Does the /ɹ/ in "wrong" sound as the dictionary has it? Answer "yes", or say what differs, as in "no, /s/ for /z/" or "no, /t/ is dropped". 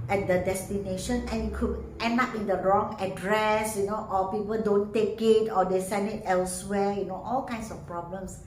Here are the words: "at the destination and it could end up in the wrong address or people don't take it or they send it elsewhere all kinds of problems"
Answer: yes